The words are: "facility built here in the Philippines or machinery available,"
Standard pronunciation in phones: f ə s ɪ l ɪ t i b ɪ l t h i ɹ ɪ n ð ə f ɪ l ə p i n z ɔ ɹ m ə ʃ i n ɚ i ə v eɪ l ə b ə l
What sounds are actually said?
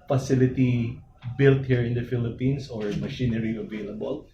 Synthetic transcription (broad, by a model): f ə s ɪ l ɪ t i b ɪ l t h i ɹ ɪ n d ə f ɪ l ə p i n s ɔ ɹ m ə ʃ i n ɚ i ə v eɪ l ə b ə l